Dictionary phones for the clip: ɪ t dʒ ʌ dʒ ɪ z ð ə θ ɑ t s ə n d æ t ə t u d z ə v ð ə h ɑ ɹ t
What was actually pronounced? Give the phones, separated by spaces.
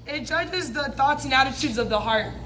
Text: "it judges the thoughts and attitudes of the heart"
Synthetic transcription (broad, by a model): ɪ t dʒ ʌ dʒ ɪ z ð ə θ ɑ t s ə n æ t ə t u d z ə v ð ə h ɑ ɹ t